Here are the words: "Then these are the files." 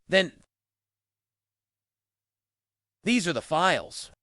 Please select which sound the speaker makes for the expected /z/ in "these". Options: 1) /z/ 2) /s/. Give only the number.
1